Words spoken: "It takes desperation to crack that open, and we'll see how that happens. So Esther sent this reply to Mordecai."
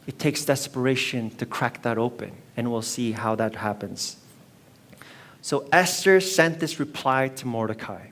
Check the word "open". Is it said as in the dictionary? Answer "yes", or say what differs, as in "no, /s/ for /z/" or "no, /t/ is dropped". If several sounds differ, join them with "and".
yes